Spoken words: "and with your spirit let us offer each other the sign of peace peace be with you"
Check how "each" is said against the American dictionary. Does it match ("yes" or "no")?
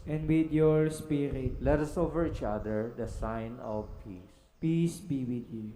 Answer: yes